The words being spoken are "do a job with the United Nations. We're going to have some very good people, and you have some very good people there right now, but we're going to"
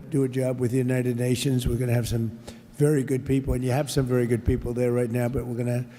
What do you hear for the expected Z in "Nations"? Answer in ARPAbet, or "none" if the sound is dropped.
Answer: Z